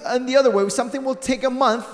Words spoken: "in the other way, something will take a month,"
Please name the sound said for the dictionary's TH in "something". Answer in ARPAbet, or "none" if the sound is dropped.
TH